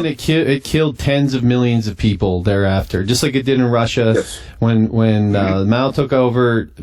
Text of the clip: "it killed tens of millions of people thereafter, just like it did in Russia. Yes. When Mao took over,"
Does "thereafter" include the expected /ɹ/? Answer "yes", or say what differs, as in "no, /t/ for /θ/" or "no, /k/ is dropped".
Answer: yes